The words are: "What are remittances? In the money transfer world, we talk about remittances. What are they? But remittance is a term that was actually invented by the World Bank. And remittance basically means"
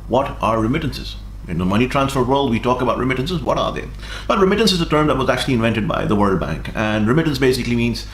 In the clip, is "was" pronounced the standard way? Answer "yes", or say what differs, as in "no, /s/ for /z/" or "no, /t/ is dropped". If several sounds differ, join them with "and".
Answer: yes